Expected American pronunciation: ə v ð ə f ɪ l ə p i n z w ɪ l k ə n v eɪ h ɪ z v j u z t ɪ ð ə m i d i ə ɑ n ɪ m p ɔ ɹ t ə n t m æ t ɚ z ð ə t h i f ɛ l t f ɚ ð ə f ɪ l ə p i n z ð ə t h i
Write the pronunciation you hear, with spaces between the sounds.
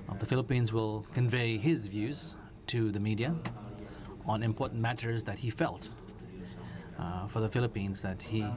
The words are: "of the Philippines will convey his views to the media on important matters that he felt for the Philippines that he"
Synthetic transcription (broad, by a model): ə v ð ə f ɪ l ə p i n z w ɪ l k ə n v eɪ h ɪ z v j u z t ɪ ð ə m i d i ə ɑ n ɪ m p ɔ ɹ t n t m æ t ɚ z ð ə t h i f ɛ l t f ɚ ð ə f ɪ l ə p i n z ð ə t h i